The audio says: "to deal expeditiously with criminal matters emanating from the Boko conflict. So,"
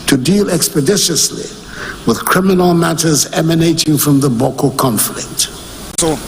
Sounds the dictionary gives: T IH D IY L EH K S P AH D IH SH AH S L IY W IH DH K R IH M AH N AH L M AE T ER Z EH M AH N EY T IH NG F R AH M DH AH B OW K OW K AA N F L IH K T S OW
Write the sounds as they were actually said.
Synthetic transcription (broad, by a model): T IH D IY L EH K S P AH D IH SH AH S L IY W IH DH K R IH M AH N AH L M AE T ER Z EH M AH N EY T IH NG F R AH M DH AH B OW K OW K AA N F L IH K T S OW